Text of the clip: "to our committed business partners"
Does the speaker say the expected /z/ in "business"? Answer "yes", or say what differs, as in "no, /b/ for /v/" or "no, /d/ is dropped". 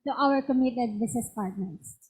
no, /s/ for /z/